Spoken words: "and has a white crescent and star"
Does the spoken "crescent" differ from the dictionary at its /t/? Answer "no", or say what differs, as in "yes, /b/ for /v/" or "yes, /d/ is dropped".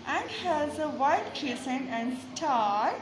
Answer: yes, /t/ is dropped